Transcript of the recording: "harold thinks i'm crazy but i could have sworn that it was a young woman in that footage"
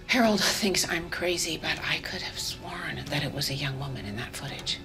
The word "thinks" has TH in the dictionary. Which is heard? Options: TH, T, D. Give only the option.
TH